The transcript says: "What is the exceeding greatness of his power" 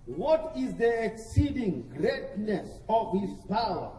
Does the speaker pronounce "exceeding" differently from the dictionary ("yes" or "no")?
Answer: no